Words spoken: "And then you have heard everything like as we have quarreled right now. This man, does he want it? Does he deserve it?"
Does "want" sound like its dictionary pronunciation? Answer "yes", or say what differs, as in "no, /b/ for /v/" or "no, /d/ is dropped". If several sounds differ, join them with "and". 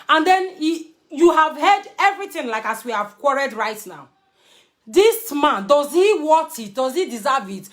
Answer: no, /n/ is dropped